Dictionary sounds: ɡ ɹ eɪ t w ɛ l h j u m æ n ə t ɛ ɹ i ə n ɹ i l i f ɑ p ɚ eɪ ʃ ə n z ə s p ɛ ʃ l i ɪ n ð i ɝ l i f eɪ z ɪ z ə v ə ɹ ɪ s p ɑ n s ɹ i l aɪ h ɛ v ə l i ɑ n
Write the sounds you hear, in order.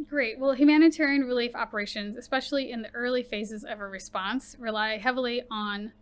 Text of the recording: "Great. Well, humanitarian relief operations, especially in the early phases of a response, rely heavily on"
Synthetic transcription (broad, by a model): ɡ ɹ eɪ t w ɛ l h j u m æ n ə t ɛ ɹ i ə n ɹ i l i f ɑ p ɚ eɪ ʃ ə n z ə s p ɛ ʃ l i ɪ n ð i ɝ l i f eɪ z ɪ z ə v ə ɹ ɪ s p ɑ n s ɹ i l aɪ h ɛ v l i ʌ n